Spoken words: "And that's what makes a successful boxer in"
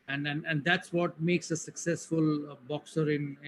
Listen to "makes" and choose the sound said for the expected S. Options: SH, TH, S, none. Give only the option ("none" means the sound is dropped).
S